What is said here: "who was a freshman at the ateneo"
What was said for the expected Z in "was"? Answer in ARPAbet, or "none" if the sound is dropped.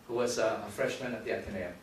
Z